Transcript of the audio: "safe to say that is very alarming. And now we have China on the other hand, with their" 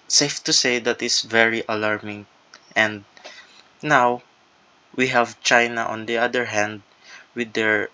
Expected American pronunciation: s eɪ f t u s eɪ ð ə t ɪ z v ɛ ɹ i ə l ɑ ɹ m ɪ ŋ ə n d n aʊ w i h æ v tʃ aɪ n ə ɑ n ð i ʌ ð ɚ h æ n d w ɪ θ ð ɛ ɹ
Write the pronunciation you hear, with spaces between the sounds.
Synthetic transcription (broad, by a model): s eɪ f t u s eɪ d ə t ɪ s v ɛ ɹ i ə l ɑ ɹ m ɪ ŋ ə n d n aʊ w i h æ v tʃ aɪ n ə ɑ n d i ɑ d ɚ h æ n d w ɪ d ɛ ɹ